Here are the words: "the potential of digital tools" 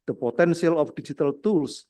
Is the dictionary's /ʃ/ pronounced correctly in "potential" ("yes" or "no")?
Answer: no